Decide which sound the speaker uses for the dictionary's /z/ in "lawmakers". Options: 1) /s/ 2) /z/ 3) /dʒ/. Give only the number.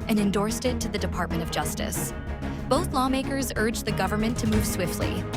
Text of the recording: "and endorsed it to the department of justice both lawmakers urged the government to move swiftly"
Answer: 2